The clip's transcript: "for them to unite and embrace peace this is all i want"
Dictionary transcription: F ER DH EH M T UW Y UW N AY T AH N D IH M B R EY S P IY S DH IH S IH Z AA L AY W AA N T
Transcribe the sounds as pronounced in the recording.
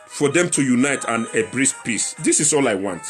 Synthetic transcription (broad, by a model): F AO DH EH M T UW Y UW N AY T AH N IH B R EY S P IY S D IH S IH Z AA L AY W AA N T